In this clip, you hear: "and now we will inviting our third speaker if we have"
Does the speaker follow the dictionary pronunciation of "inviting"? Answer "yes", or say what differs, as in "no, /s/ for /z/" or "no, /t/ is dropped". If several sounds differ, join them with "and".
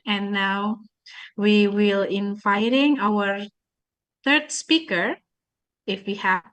yes